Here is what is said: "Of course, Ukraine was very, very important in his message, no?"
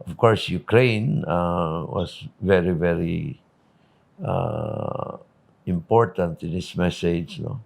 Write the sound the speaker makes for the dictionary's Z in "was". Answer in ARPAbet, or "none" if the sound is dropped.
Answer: S